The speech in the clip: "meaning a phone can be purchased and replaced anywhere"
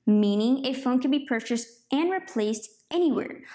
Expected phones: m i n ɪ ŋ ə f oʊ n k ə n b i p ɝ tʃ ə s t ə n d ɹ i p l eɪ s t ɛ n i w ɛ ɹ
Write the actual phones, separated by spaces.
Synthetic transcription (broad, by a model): m i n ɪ ŋ ə f oʊ n k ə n b i p ɝ tʃ ə s t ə n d ɹ i p l eɪ s t ɛ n i w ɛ ɹ